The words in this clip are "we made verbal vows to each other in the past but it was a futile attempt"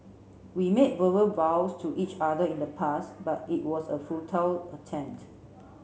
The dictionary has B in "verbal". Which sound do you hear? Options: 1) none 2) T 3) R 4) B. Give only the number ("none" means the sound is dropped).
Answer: 1